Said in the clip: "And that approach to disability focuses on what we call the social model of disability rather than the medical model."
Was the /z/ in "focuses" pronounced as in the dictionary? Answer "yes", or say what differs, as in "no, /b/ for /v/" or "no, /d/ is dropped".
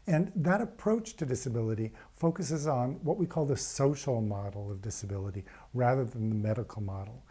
yes